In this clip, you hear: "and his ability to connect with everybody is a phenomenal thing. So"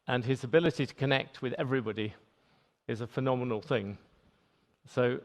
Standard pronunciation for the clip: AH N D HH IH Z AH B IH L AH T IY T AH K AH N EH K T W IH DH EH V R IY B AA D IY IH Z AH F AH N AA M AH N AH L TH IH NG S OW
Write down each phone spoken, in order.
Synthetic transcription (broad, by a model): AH N IH Z AH B IH L AH T IY T AH K AH N EH K T W IH DH EH V R IY B AA D IY IH Z AH F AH N AA M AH N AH L TH IH NG S OW